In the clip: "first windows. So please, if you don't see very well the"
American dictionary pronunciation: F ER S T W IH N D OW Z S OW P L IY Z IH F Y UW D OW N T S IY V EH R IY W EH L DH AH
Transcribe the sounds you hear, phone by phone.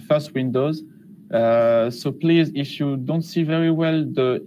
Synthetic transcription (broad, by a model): F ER S T W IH N D OW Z S OW P L IY Z IH F Y UW D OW N T S IY V EH R IY W EH L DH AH